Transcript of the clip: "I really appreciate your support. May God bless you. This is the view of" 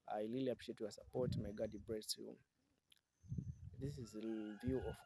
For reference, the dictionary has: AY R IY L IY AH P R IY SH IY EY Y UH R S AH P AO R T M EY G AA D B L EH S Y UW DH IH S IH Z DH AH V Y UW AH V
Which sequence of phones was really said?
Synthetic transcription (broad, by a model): AY L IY L IY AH P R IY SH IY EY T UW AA S AH P AO R T M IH G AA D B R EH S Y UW DH IH S IH Z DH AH V Y UW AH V